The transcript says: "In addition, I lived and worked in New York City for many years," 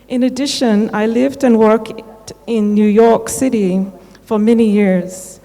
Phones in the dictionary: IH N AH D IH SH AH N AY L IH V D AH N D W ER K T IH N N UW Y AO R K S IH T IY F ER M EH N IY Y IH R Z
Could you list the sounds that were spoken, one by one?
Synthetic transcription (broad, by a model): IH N AH D IH SH AH N AY L IH V D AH N W ER K T IH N N UW Y AO R K S IH T IY F ER M EH N IY Y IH R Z